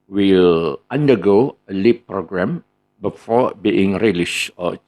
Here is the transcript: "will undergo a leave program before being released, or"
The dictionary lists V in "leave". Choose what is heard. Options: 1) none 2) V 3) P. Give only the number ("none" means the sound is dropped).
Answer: 3